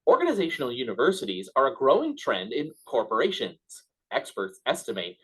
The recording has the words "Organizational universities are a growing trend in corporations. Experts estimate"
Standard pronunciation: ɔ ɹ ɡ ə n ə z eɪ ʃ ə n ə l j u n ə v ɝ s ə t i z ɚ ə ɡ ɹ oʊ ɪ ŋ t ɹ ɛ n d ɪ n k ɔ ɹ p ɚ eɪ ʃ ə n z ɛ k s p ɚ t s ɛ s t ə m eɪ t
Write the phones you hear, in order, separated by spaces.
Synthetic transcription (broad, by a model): ɔ ɹ ɡ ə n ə z eɪ ʃ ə n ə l j u n ə v ɝ s ə t i z ɚ ə ɡ ɹ oʊ ɪ ŋ t ɹ ɛ n d ɪ n k ɔ ɹ p ɚ eɪ ʃ ə n z ɛ k s p ɚ t s ɛ s t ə m eɪ t